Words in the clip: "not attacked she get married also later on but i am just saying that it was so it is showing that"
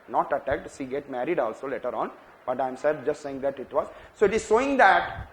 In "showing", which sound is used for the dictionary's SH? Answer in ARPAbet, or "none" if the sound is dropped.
S